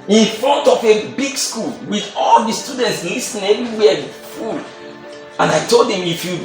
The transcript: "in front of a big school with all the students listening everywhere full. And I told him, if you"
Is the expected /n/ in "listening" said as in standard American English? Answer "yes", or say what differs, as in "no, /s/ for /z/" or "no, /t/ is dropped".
no, /n/ is dropped